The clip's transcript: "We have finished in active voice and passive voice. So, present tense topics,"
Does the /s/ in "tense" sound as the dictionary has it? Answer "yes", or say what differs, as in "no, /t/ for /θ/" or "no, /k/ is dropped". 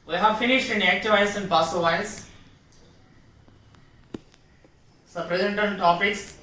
no, /s/ is dropped